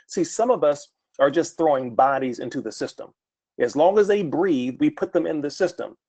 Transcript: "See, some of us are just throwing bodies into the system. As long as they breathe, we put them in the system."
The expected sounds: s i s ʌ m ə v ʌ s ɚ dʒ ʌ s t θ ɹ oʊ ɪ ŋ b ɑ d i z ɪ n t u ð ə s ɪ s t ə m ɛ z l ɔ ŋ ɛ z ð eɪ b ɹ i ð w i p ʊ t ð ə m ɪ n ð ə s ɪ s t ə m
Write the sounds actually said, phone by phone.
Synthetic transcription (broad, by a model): s i s ʌ m ə v ʌ s ɚ dʒ ʌ s t θ ɹ oʊ ɪ ŋ b ɑ d i z ɪ n t u ð ə s ɪ s t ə m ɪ z l ɔ ŋ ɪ z ð eɪ b ɹ i ð w i p ʊ t ð ə m ɪ n ð ə s ɪ s t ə m